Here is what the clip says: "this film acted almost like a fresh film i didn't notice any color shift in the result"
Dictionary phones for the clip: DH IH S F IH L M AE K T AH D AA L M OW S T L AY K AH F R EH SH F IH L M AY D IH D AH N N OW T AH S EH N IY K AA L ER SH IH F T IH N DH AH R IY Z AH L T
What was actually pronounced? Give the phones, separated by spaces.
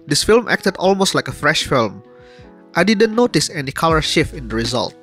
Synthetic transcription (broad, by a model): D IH S F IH L M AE K T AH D AA L M OW S T L AY K AH F R EH SH F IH L M AY D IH D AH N N OW T AH S EH N IY K AA L ER SH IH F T IH N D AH R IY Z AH L T